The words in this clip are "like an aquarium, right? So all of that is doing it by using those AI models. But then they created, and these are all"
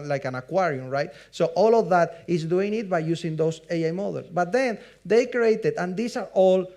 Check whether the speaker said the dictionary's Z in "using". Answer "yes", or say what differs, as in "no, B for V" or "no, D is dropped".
no, S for Z